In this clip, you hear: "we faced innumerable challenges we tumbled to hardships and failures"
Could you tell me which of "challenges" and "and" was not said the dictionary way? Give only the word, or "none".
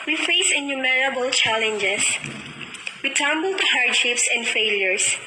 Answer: challenges